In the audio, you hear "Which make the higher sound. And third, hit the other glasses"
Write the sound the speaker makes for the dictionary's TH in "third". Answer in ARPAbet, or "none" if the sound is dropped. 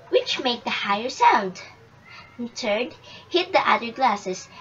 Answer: T